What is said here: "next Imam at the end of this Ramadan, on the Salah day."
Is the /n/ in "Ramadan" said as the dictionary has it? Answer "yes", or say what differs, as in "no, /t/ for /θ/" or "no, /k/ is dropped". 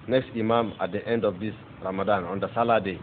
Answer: yes